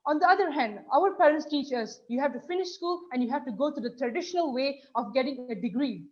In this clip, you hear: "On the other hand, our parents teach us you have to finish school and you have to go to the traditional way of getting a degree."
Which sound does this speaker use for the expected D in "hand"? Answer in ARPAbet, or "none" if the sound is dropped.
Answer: D